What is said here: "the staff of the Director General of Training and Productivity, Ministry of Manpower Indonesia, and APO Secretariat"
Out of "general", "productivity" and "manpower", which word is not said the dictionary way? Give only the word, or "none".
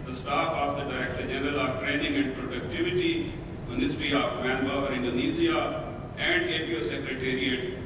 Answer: manpower